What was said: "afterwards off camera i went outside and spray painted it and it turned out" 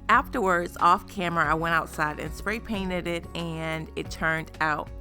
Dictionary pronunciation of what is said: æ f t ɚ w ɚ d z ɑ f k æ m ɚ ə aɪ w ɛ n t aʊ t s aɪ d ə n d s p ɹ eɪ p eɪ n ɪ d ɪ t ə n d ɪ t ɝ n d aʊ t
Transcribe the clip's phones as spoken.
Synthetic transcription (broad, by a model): æ f t ɚ w ɚ d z ɑ f k æ m ɚ ə aɪ w ɛ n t aʊ t s aɪ d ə n s p ɹ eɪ p eɪ n ɪ d ɪ t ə n ɪ t ɝ n d aʊ t